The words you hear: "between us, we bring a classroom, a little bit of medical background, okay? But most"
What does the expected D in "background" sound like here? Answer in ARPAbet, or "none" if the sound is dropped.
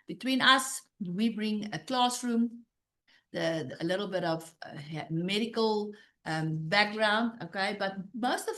D